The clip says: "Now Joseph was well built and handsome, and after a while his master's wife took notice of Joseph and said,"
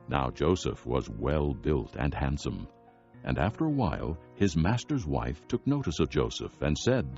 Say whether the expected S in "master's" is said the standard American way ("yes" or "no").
yes